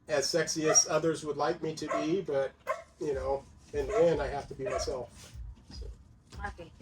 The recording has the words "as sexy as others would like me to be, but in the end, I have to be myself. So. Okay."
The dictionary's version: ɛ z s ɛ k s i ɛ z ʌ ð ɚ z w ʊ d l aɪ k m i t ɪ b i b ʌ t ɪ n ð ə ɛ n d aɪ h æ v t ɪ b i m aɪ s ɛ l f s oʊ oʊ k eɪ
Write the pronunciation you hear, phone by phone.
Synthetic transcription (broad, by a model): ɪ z s ɛ k s i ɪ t ʌ ð ɚ z w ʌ d l aɪ k m i t ɪ b i b ʌ t ɪ n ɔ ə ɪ n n aɪ h æ f t ɪ b i m aɪ s ɛ l f s oʊ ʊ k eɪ